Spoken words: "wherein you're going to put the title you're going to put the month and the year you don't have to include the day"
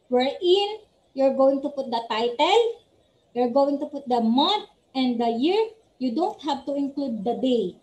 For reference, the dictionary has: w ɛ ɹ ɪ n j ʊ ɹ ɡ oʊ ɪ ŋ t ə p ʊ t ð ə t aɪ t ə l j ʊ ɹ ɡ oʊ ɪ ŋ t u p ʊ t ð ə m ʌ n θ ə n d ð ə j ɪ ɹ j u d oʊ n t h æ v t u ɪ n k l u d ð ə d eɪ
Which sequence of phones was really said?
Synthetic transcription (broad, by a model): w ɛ ɹ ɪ n j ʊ ɹ ɡ oʊ ɪ ŋ t ə p ʊ t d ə t aɪ t ə l j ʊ ɹ ɡ oʊ ɪ ŋ t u p ʊ t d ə m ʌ n t ə n d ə j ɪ ɹ j u d oʊ n t h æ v t u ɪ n k l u d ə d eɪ